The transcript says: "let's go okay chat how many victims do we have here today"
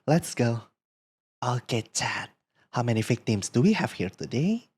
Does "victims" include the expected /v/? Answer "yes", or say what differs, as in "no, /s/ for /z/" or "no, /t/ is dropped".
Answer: no, /f/ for /v/